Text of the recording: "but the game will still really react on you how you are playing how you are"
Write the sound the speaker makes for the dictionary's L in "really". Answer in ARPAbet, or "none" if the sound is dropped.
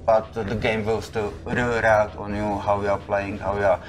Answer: none